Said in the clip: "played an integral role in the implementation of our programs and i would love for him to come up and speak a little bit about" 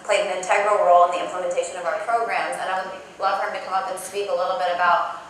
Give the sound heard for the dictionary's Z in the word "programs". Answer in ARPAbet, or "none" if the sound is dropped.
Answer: Z